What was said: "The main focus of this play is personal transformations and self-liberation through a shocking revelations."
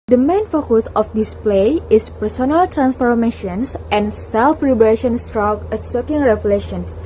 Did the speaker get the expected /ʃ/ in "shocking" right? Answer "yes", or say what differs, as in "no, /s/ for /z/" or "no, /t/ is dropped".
no, /s/ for /ʃ/